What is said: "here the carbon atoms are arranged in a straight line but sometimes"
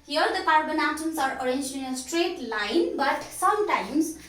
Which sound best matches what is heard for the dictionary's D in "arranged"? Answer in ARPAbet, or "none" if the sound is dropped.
none